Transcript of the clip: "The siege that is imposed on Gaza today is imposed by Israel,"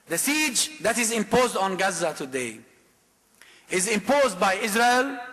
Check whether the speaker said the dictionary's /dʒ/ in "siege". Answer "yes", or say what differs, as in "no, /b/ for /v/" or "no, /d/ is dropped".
yes